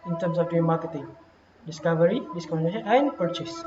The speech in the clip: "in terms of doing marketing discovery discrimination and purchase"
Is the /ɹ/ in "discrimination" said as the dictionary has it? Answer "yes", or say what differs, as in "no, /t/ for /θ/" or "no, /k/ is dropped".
no, /ɹ/ is dropped